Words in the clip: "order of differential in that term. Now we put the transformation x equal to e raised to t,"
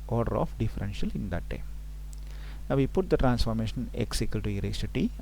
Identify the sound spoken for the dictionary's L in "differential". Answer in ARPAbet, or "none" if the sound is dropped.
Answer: L